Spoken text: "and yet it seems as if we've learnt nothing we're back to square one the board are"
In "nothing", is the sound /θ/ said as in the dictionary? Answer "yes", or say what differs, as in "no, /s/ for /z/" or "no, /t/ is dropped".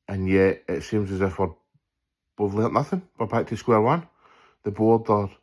yes